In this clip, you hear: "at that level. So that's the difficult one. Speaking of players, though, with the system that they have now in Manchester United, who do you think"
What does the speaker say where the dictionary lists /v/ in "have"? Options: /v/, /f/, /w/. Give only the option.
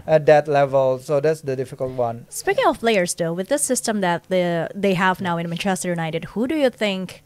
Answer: /v/